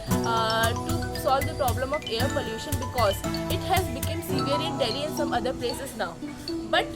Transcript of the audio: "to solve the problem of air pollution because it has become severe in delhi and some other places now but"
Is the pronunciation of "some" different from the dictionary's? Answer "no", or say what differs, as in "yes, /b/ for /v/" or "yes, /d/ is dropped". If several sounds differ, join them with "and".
no